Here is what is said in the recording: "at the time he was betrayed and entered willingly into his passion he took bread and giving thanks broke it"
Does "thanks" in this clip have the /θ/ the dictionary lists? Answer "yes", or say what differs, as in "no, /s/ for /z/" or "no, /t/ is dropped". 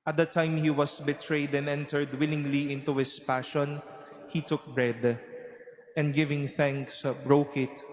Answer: yes